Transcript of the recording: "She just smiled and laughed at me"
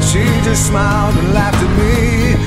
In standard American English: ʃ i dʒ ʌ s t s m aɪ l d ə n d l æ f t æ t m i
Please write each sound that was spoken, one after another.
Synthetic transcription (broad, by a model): ʃ i dʒ ʌ s t s m aɪ l d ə n l æ f t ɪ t m i